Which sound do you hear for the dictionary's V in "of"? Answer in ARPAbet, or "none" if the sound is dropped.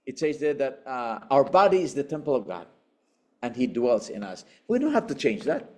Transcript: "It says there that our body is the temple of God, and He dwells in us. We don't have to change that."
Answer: V